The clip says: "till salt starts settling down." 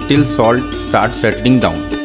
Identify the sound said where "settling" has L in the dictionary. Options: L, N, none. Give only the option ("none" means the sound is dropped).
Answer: none